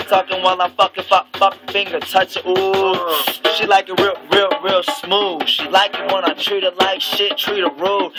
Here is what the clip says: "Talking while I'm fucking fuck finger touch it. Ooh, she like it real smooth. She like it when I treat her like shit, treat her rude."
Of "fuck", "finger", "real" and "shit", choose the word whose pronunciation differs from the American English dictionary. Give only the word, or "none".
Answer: none